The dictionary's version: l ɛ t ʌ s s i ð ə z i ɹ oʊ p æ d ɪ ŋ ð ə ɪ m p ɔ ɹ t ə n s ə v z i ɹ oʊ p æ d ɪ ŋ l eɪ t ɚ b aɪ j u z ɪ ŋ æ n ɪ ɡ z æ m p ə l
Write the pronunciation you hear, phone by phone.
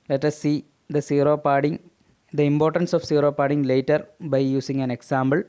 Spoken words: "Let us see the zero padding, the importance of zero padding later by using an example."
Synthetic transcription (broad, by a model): l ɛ t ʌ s s i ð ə s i ɹ oʊ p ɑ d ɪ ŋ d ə ɪ m p ɔ ɹ t ə n s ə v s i ɹ oʊ p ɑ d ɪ ŋ l eɪ t ɚ b aɪ j u s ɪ ŋ æ n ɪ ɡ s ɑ m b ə l